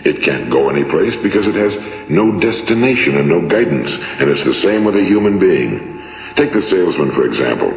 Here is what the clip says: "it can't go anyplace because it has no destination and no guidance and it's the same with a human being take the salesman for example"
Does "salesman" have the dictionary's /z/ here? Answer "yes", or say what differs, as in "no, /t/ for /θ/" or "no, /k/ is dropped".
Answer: yes